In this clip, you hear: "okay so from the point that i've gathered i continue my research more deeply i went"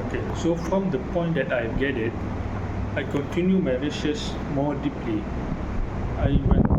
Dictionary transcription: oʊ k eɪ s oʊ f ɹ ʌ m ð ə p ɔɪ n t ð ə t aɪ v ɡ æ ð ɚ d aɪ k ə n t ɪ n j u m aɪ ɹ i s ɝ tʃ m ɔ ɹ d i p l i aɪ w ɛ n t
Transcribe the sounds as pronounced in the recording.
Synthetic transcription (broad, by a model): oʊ k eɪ s oʊ f ɹ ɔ m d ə p ɔɪ n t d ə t aɪ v ɡ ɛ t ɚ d aɪ k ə n t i n j u m aɪ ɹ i ʃ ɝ s m ɔ d i p l i aɪ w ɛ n